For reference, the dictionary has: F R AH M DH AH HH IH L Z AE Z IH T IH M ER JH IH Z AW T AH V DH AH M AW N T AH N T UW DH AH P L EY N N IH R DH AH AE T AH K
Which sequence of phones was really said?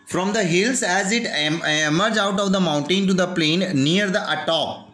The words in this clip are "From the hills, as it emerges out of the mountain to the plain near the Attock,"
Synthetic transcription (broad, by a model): F R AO M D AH HH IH L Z AE Z IH T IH M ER JH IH UH T AH V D AH M AW N T AH N T UW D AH P L EY N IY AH R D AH T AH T